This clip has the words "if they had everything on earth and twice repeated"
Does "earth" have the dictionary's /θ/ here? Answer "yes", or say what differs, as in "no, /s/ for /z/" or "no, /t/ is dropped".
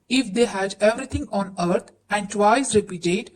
no, /t/ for /θ/